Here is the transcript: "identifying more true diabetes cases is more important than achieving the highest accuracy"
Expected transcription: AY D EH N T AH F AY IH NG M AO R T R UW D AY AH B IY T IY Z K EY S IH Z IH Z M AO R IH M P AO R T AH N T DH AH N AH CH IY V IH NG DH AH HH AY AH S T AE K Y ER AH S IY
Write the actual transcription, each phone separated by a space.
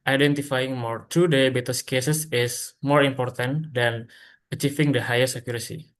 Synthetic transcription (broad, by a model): AY D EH N T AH F AY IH NG M AO R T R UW D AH B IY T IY S K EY S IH S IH S M AO R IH M P AO R T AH N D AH N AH CH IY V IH NG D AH HH AY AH S EH K Y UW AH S IY